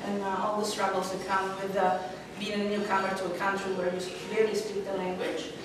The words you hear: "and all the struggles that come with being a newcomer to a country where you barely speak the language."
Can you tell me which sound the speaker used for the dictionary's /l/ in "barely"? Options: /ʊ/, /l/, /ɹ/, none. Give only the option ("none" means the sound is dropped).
none